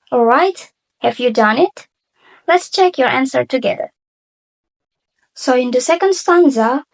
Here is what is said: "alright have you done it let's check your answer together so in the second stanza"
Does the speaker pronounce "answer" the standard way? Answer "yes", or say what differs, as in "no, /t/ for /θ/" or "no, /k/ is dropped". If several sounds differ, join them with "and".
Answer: yes